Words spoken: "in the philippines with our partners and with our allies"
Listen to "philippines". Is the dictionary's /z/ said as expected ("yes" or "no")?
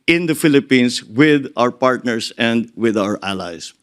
no